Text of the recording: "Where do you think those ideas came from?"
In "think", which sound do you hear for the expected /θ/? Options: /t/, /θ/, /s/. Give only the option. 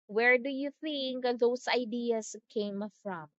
/θ/